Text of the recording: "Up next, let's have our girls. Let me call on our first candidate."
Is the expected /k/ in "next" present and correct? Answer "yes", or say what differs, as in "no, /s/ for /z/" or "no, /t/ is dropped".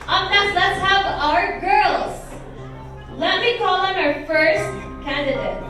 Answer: no, /k/ is dropped